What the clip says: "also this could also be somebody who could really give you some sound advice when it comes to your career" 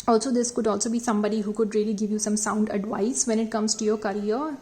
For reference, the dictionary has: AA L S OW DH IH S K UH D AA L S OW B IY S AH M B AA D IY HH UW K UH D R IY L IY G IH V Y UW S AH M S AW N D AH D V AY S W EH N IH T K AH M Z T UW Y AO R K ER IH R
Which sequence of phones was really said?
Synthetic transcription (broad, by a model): AA L S OW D IH S K UH D AA L S OW B IY S AH M B AA D IY HH UW K UH D R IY L IY G IH V Y UW S AH M S AW N D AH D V AY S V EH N IH T K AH M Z T UW Y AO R K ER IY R